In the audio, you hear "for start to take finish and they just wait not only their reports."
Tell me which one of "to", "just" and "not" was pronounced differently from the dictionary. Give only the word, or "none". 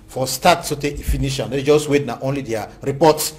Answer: to